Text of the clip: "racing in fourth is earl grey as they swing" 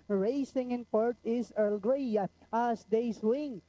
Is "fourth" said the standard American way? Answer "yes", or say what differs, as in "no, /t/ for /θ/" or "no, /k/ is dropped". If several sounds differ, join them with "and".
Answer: no, /t/ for /θ/